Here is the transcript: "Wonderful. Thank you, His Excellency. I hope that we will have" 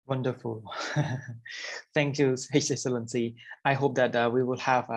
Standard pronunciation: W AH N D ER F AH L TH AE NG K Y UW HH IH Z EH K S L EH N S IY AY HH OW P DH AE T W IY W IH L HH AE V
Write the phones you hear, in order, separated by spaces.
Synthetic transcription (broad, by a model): W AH N D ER F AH L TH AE NG K Y UW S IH S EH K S L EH N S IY AY HH OW P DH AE T W IY W IH L HH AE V